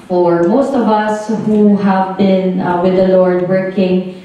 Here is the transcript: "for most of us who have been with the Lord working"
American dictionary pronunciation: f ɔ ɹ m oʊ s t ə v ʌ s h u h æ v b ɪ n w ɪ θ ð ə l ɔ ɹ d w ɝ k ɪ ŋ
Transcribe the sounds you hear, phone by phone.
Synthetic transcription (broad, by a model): f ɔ ɹ m oʊ s t ə v ʌ s h u h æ v b ɪ n w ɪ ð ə l ɔ ɹ d w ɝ k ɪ ŋ